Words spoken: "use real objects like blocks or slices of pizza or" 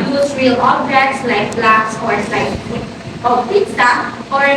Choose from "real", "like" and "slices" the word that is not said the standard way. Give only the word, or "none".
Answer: slices